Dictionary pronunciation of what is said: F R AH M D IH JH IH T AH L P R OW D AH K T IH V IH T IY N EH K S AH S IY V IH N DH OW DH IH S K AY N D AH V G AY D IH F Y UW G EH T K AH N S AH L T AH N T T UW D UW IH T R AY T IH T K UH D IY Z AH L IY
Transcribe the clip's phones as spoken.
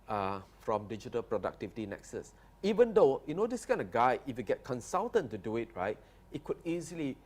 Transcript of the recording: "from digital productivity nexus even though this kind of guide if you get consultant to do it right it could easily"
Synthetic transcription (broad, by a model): F R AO M D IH JH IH T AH L P R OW D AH K T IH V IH T IY N EH K S AH S IY V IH N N OW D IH S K AY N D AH G AY IH F Y UW G EH T K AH N S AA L T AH N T T UW D UW IH T R AY T IH T K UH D IY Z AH L IY